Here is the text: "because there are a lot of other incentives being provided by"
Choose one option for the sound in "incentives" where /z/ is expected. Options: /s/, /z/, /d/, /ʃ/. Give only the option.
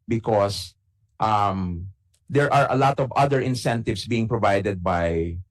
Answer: /s/